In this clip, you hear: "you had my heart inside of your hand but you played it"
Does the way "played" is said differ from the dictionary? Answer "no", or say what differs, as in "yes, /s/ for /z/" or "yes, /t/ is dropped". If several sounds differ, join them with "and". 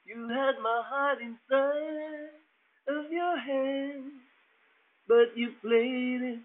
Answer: yes, /d/ is dropped